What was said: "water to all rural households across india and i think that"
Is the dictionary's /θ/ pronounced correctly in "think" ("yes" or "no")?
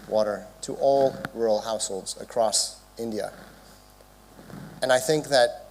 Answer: yes